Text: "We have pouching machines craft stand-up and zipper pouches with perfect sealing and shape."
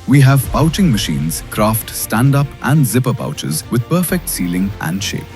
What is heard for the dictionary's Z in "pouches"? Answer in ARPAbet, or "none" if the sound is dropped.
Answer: Z